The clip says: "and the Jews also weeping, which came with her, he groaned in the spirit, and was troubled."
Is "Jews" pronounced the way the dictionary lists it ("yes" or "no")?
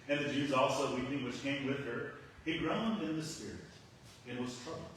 yes